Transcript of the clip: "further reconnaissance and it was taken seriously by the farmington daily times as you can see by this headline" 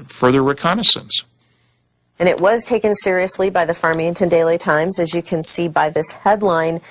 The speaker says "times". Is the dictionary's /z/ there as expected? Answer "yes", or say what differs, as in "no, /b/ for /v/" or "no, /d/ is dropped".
yes